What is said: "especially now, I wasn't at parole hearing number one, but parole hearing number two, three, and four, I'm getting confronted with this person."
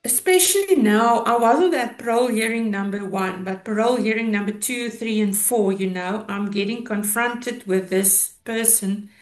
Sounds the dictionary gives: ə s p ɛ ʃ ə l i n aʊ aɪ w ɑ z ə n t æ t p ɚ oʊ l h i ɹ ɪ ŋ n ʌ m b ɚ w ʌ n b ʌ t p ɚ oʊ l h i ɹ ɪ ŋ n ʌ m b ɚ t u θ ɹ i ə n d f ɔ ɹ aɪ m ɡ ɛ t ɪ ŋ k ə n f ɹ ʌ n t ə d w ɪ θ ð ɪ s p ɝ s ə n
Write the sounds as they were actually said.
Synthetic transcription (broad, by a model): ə s p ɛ ʃ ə l i n aʊ aɪ w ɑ z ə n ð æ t p ɚ oʊ l h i ɹ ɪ ŋ n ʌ m b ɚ w ʌ n b ʌ t p ɚ oʊ l h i ɹ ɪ ŋ n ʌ m b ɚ t u θ ɹ i ə n d f ɔ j aɪ m ɡ ɛ t ɪ ŋ k ə n f ɹ ʌ n t ə d w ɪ ð ɪ s p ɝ s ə n